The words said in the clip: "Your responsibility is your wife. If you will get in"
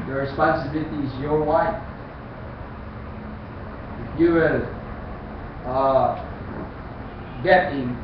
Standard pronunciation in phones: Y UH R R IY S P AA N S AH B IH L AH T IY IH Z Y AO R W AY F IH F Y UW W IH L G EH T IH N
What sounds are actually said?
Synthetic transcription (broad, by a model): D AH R R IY S P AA N S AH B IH L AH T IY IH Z Y AO R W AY IH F Y UW W IH L G EH T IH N